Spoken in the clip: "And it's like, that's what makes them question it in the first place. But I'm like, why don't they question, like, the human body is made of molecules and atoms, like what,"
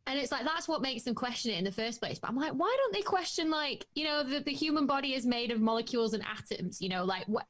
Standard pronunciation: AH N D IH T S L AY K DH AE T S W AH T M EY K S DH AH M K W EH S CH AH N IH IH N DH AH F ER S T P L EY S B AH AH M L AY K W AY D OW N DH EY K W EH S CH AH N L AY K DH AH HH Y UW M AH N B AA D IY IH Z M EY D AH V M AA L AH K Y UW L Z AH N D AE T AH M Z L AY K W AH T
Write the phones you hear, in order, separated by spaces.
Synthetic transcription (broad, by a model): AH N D IH T S L AY K DH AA T S W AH T M EY K S DH AH M K W EH S CH AH N IH IH N DH AH F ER S P L EY S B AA AH M L AY K W AY D OW N DH EY K W EH S CH AH N L AY K DH AH HH Y UW M AH N B AA D IY IH Z M EY D AH V M AA L AH K Y UW L Z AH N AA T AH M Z L AY K W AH